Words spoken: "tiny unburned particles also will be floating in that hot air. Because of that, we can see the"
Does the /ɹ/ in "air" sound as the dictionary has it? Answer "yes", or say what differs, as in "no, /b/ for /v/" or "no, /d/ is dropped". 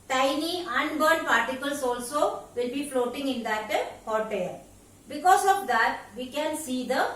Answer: no, /l/ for /ɹ/